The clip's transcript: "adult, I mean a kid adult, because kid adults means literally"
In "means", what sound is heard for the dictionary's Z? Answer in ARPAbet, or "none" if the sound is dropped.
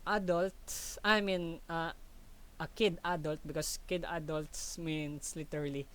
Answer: S